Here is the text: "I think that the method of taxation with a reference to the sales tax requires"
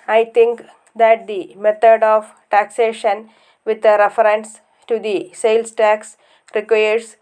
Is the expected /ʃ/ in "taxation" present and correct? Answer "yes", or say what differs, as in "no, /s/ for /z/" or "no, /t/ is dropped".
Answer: yes